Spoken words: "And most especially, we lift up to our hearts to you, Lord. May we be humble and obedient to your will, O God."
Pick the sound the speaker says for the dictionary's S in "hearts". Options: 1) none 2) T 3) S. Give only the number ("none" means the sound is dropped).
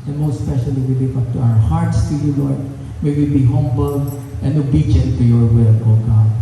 3